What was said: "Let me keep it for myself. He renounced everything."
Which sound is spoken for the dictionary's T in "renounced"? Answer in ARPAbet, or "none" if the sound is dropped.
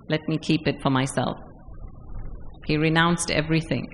T